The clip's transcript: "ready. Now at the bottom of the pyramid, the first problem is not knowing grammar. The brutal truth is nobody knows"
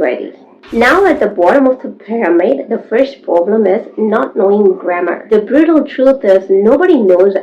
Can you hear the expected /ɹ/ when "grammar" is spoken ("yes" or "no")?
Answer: yes